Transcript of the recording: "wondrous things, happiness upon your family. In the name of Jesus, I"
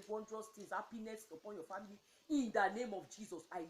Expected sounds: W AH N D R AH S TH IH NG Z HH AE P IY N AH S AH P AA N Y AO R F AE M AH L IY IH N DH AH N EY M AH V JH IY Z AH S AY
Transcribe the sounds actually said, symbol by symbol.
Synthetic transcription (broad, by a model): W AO N D R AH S T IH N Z HH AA P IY N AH S AH P AA N Y AO F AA M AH L IY IH N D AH N EY M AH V JH IY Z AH S AY